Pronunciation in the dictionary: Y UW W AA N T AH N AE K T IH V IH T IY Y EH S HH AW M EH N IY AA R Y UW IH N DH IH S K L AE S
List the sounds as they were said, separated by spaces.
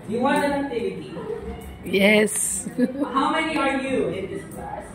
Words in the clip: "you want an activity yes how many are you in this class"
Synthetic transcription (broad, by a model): Y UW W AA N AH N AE T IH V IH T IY Y EH S HH AW M EH N IY AA R Y UW IH N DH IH S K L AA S